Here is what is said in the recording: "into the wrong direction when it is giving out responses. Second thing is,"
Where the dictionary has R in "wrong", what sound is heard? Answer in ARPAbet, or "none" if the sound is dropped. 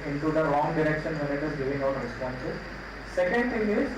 L